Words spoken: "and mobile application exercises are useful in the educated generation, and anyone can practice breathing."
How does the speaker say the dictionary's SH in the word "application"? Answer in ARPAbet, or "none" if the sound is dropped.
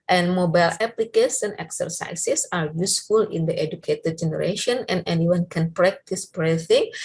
S